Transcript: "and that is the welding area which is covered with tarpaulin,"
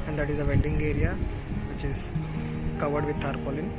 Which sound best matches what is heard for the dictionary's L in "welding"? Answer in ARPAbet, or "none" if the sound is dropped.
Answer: N